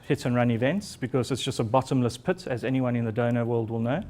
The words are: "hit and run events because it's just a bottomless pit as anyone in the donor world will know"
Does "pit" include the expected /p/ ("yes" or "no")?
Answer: yes